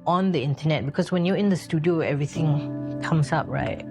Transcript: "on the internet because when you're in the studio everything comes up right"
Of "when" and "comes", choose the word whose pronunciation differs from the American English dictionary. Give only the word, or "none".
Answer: comes